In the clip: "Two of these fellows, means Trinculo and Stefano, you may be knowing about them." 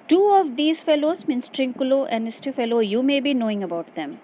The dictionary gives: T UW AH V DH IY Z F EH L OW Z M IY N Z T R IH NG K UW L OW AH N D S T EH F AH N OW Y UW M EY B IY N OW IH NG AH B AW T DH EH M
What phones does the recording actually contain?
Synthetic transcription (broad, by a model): T UW AH V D IY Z F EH L OW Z M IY N S T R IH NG K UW L OW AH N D S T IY F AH L OW Y UW M EY B IY N OW IH NG AH B AW T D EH M